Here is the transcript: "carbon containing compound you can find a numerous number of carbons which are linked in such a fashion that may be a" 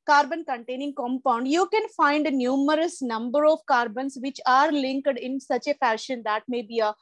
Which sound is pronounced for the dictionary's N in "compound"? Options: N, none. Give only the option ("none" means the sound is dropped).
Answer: N